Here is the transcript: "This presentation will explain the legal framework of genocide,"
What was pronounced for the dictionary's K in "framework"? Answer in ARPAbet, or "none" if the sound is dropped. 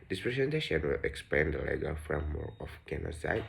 none